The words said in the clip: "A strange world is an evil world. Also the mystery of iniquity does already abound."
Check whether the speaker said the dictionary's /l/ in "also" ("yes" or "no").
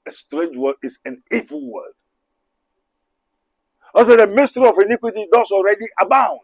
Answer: no